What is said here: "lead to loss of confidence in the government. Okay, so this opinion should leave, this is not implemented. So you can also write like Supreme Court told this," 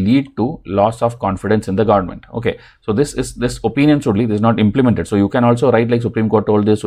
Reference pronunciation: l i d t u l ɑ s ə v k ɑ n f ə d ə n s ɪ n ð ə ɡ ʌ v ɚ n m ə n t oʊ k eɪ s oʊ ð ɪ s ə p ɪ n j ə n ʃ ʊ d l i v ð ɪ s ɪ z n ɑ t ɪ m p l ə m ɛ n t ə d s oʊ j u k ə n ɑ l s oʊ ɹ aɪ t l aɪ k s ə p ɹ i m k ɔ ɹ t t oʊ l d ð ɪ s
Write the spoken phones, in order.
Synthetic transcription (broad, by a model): l i d t u l ɑ s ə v k ɑ n f ə d ə n s ɪ n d ə ɡ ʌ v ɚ n m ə n t oʊ k eɪ s oʊ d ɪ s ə p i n j ə n s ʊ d l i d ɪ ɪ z n ɑ t ɪ m p l ə m ɛ n t ə d s oʊ j u k ə n ɑ l s oʊ ɹ aɪ t l aɪ k s ə p ɹ i m k ɔ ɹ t t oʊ l d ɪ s